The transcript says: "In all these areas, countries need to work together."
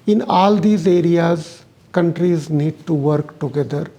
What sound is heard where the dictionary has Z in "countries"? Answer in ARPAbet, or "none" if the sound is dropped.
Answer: Z